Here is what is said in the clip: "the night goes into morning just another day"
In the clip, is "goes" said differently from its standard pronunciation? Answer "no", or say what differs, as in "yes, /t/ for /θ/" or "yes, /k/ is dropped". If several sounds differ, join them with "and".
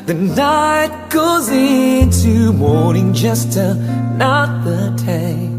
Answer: no